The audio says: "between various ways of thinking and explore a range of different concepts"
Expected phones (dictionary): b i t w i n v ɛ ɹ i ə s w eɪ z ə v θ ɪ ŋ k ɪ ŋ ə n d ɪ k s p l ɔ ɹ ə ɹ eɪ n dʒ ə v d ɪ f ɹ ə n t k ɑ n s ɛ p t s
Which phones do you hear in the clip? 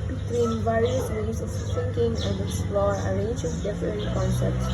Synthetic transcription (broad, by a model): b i t w i n v ɛ ɹ i ə s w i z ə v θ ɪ ŋ k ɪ ŋ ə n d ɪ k s p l ɔ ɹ ə ɹ eɪ n dʒ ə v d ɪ f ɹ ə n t k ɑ n s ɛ p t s